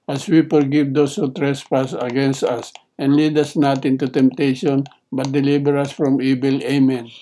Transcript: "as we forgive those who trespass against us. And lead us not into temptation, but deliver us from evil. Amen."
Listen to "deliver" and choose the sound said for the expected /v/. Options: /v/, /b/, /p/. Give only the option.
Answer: /b/